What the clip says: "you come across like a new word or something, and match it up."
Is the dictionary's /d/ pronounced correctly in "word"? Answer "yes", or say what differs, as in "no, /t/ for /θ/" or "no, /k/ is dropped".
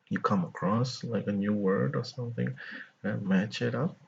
yes